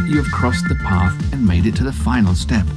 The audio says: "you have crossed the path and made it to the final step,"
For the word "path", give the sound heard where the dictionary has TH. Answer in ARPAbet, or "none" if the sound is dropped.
TH